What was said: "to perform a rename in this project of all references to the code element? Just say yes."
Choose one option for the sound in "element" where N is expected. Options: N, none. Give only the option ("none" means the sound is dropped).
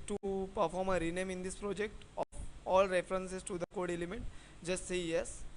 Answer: none